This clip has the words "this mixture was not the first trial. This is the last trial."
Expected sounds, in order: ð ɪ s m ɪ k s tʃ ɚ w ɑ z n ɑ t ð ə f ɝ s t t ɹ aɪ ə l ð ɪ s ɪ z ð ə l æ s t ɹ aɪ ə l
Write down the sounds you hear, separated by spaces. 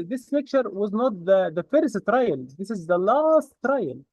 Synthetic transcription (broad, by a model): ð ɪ s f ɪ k tʃ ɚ w ɑ z n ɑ t ð ə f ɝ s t t ɹ aɪ ə l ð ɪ s ɪ z ð ə l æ s t ɹ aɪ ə l